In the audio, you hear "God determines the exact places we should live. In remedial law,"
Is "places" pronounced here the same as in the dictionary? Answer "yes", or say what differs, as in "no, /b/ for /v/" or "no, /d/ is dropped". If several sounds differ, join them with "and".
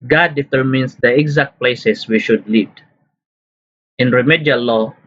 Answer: no, /s/ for /z/